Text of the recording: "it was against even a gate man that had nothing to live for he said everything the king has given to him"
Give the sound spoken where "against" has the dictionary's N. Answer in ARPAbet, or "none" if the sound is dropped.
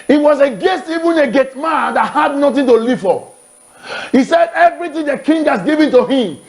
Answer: none